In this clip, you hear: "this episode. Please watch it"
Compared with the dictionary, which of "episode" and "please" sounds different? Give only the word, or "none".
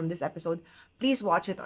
none